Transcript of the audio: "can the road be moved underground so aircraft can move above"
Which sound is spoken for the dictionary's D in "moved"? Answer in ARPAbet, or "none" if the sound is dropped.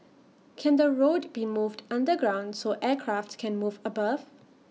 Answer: D